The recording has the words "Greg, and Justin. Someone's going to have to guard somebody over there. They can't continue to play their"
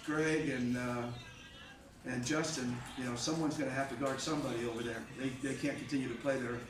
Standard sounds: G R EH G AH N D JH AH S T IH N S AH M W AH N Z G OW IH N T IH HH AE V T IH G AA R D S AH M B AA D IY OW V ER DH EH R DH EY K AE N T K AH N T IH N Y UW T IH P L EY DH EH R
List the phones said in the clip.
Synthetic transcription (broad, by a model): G R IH G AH N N JH AH S T IH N S AH M W AH N Z G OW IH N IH HH AE F T IH G AA R D S AH M B AA D IY OW V ER DH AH R DH EY K AE N K N T IH N Y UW T IH P L EY DH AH R